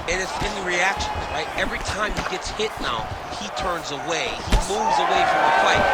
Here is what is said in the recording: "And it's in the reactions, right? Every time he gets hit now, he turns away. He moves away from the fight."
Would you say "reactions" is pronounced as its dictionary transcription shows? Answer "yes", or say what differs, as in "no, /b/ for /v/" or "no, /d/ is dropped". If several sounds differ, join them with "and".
no, /z/ is dropped